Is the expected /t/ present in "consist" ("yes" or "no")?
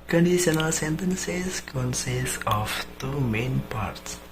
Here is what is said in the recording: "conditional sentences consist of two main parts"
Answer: no